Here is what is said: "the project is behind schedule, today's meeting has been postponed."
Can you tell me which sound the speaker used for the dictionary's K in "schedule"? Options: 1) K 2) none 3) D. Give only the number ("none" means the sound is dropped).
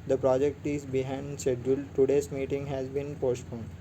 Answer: 2